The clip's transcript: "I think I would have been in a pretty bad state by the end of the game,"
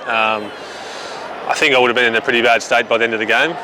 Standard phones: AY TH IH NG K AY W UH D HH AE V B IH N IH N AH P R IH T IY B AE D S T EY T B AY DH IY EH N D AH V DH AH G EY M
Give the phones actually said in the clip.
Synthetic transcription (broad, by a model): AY TH IH NG K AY W UH D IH V B IH N IH N AH P R IH T IY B AE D S T EY T B AY DH IY EH N D AH V DH AH G EY M